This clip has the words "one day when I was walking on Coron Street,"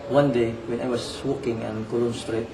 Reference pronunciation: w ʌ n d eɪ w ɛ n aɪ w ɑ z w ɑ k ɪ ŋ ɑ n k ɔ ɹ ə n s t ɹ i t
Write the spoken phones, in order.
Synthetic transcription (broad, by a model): w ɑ n d eɪ w ɛ n aɪ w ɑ s w ɑ k ɪ ŋ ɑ n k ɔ l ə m s t ɹ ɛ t